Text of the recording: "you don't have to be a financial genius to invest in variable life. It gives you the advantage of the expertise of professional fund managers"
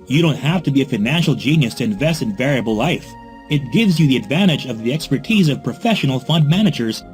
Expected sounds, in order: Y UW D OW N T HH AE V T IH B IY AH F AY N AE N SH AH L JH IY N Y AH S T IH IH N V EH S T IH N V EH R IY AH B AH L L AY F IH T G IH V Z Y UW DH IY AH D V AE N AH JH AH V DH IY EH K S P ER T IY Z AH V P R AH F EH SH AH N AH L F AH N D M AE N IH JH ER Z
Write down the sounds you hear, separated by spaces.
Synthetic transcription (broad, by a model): Y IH D OW N T HH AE F T IH B IY AH F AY N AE N SH L JH IY N Y AH S T IH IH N V EH S T IH N V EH R IY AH B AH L L AY F IH T G IH V Z Y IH DH IY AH D V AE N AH JH AH V DH IY EH K S P ER T IY Z AH V P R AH F EH SH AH N L F AH N D M AE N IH JH ER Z